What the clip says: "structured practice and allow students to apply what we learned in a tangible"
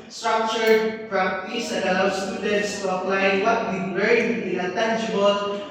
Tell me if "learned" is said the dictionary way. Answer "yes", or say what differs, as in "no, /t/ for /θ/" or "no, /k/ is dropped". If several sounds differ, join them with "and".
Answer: no, /n/ is dropped